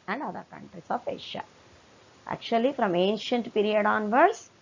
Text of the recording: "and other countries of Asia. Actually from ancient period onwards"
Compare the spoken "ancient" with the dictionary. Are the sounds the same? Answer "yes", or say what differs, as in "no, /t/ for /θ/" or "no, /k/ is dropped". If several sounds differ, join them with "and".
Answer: yes